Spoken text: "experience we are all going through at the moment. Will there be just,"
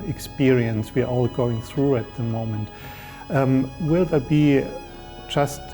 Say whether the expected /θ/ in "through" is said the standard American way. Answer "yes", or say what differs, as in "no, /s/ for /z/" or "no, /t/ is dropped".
yes